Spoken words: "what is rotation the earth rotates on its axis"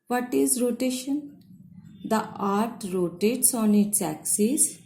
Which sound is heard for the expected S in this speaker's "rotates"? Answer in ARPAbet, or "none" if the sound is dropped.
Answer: S